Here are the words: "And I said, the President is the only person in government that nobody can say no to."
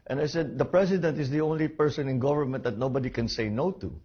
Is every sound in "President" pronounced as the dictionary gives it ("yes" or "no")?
no